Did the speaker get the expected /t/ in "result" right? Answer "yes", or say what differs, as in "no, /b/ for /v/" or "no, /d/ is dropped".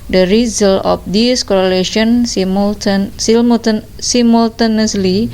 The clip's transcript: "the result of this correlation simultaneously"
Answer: no, /t/ is dropped